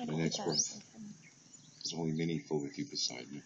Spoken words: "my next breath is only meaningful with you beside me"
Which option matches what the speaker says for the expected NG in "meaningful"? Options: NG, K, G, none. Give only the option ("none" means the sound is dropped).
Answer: none